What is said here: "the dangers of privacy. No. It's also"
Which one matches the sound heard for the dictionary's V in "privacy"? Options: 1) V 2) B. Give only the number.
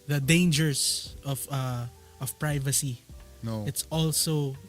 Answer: 1